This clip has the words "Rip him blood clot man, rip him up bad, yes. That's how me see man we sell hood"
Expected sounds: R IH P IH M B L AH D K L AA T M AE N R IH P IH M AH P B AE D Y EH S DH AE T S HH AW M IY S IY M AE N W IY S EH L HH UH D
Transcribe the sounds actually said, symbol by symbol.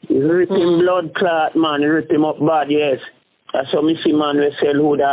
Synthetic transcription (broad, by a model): R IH P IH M B L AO D K L AA T M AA N R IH P IH M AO P B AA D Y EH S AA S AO M IY S IY M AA N W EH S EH L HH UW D